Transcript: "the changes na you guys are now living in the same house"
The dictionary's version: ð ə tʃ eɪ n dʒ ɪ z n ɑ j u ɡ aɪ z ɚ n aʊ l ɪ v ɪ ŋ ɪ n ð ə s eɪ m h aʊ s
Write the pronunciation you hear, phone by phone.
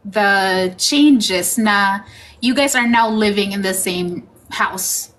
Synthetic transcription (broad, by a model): ð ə tʃ eɪ n dʒ ɪ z n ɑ j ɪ ɡ aɪ z ɚ n aʊ l ɪ v ɪ ŋ ɪ n ð ə s eɪ m h aʊ s